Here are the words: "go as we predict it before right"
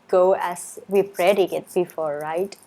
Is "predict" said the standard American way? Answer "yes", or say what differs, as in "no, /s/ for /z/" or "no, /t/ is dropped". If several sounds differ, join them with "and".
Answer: no, /t/ is dropped